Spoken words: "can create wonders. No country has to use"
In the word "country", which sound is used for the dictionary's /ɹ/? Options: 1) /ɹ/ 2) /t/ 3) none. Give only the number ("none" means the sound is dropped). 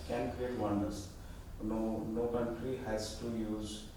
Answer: 1